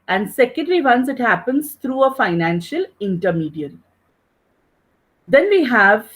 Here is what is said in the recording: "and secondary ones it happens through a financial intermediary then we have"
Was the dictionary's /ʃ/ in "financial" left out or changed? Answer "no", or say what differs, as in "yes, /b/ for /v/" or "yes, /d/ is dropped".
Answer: no